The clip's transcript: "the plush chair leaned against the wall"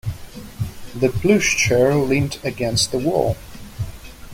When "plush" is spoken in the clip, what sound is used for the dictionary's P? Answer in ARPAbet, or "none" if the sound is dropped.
B